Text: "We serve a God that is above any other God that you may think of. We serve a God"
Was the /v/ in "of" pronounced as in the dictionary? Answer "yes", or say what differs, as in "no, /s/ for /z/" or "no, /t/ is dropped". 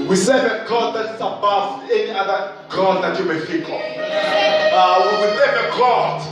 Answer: no, /w/ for /v/